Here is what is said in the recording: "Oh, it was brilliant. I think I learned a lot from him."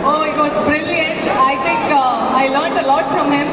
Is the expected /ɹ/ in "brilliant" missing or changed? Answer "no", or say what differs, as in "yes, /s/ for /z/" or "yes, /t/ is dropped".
no